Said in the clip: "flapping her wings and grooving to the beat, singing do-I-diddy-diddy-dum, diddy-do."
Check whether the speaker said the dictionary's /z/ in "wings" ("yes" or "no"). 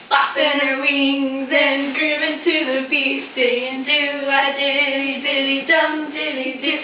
yes